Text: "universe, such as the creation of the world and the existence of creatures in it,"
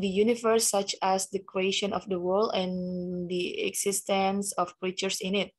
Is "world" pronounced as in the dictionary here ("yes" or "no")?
yes